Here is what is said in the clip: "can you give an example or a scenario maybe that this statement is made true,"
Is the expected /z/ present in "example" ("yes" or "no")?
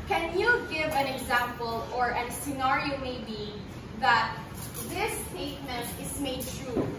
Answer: yes